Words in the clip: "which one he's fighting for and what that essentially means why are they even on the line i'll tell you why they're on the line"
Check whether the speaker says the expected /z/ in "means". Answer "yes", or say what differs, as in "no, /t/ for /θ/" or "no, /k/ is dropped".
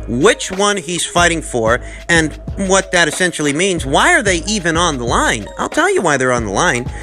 yes